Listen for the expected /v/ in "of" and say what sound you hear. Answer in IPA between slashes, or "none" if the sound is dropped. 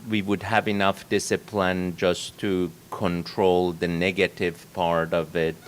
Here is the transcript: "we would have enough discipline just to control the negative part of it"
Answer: /v/